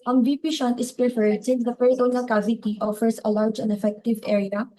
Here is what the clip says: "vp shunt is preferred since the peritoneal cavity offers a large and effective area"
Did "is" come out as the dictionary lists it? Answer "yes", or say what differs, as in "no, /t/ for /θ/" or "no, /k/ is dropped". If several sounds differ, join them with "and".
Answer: no, /s/ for /z/